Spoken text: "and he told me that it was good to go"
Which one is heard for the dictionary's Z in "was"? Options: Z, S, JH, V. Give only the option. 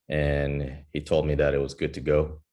Z